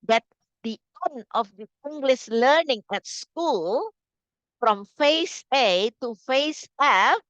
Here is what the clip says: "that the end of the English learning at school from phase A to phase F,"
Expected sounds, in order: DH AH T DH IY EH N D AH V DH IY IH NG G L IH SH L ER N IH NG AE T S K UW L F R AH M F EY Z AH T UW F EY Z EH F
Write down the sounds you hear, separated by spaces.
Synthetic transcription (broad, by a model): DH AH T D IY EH N AH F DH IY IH NG G L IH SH L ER N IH NG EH T S K UW L F R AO M F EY S AH T UW F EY S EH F